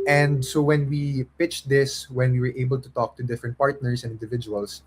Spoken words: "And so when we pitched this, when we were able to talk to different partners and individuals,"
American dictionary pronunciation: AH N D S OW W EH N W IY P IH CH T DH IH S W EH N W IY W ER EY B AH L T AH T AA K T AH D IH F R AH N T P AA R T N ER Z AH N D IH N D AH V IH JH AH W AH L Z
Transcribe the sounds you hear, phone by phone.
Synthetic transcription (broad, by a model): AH N D S OW W EH N W IY P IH CH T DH IH S W EH N W IY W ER EY B AH L T AH T AA K T AH D IH F R AH N T P AA R T N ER S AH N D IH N D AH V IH JH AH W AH L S